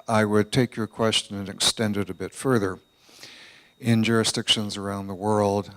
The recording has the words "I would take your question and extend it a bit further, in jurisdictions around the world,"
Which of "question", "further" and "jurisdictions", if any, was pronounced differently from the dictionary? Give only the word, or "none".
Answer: none